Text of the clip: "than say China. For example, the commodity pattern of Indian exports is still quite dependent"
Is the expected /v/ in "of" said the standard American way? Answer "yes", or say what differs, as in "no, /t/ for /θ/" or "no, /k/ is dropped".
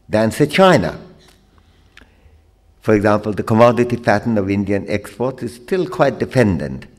yes